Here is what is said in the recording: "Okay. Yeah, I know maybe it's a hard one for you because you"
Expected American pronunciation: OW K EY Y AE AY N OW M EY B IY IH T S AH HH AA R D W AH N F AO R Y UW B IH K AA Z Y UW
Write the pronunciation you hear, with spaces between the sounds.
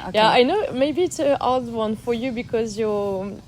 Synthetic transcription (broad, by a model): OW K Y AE AY N OW M EY B IY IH T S AH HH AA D W AH N F AO R Y UW B IH K AA Z Y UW